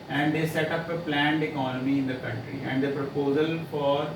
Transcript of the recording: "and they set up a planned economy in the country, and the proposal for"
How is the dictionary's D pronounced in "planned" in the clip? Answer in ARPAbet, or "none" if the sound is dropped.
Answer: D